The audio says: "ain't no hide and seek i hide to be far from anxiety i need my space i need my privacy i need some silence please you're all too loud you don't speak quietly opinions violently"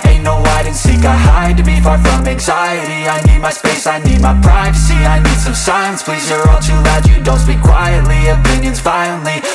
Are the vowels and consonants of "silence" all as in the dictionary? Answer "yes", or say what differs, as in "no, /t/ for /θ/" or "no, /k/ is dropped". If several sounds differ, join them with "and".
no, /l/ is dropped